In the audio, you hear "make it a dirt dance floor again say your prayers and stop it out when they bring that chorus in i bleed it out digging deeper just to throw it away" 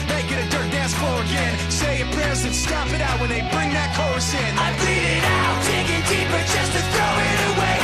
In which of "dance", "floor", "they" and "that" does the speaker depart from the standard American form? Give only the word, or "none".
floor